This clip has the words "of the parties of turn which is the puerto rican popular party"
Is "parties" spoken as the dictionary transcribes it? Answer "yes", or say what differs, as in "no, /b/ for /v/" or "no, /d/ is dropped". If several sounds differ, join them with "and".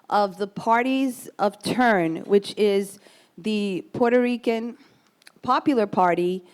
yes